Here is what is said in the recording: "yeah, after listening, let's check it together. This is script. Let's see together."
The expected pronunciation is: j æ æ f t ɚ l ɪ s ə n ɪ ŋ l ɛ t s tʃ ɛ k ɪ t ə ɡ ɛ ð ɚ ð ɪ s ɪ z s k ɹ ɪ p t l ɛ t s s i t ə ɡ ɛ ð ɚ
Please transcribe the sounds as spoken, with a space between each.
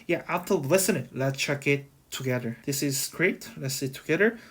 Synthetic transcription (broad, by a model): j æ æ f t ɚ l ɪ s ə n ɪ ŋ l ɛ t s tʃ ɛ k ɪ t ə ɡ ɛ ð ɚ ð ɪ s ɪ z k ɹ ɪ t l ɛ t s s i t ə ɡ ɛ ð ɚ